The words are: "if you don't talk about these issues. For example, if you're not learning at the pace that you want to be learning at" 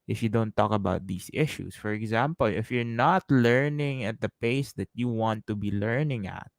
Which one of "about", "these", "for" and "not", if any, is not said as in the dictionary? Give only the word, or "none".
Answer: these